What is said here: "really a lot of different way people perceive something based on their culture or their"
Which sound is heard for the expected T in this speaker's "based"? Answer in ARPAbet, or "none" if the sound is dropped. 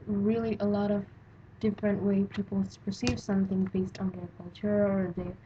T